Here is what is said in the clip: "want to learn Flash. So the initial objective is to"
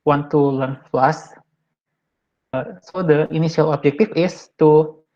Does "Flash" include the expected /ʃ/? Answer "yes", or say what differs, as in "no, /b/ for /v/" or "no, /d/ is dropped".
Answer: no, /s/ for /ʃ/